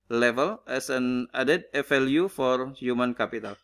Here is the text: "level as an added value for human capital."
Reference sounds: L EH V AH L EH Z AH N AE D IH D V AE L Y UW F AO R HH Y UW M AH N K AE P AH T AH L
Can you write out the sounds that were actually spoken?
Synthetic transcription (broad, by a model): L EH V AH L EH S AH N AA D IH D F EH L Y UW F AO R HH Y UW M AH N K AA P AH T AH L